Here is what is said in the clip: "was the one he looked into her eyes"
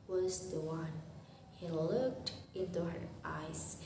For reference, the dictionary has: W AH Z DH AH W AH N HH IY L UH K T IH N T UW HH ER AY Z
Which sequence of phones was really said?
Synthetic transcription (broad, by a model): W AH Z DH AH W AH N HH IY L UH K T IH N T UW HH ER AY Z